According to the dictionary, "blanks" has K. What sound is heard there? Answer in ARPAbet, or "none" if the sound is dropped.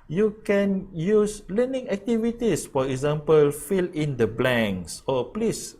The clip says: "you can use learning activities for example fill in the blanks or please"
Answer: none